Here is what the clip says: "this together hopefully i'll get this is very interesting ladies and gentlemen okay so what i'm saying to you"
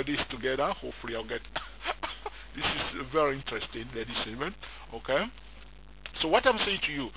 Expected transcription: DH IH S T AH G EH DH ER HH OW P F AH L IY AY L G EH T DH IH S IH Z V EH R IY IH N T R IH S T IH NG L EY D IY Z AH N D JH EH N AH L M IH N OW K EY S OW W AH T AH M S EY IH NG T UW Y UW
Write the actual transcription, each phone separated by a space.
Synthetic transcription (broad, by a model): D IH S T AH G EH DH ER HH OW F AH L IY AY L G EH T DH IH S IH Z V EH R IY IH N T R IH S T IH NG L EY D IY S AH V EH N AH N OW K EY S OW W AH T AH M S EY IH NG T UW Y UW